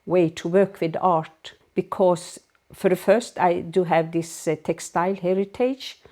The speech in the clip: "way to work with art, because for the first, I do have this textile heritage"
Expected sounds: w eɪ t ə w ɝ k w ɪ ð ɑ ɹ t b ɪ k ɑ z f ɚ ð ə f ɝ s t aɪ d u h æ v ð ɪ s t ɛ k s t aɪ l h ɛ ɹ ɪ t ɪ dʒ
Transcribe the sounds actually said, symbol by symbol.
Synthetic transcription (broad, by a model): w eɪ t ə w ɝ k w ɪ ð ɑ ɹ t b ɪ k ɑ s f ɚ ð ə f ɝ s t aɪ d u h æ v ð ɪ s t ɛ k s t aɪ l h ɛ ɹ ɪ t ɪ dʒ